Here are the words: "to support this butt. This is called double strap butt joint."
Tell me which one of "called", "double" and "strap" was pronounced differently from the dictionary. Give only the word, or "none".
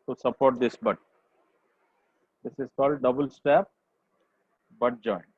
strap